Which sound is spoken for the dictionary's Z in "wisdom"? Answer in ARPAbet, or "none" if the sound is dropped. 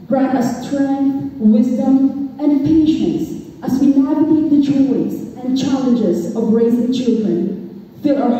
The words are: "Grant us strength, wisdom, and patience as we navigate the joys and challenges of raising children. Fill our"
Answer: Z